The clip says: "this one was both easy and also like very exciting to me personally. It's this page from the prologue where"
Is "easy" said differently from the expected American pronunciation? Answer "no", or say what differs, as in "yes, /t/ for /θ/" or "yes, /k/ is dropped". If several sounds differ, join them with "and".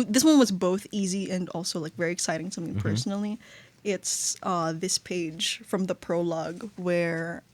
no